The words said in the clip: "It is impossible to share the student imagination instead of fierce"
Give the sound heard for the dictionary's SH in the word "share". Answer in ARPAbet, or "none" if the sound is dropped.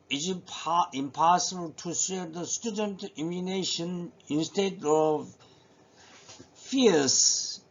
S